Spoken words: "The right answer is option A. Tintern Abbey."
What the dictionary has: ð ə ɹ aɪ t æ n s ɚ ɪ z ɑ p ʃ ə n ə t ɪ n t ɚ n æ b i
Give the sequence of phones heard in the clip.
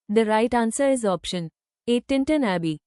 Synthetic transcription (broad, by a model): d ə ɹ aɪ t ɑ n s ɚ ɪ z ɑ p ʃ ə n ə t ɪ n t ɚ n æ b i